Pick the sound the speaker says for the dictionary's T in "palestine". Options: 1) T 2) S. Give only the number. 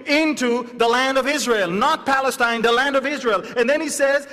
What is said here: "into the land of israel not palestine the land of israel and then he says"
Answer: 1